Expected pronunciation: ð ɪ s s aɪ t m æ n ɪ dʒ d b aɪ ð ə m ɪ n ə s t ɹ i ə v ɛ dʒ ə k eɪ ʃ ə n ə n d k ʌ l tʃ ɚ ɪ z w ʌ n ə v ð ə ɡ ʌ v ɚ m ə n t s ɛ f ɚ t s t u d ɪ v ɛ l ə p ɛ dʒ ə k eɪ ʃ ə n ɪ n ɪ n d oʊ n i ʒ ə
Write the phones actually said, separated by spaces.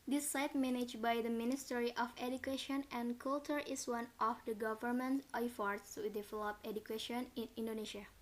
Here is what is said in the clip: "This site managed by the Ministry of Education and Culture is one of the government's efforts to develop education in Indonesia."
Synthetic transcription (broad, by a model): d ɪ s s aɪ t m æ n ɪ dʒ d b aɪ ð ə m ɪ n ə s t ɹ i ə f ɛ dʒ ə k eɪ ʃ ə n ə n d k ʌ l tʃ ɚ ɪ s w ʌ n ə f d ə ɡ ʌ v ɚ m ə n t ɛ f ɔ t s t u d ɪ v ɛ l ə p ɛ dʒ ə k eɪ ʃ ə n ɪ n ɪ n d oʊ n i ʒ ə